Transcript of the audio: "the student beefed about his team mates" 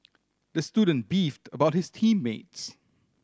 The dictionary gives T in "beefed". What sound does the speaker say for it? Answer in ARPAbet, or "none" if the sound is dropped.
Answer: T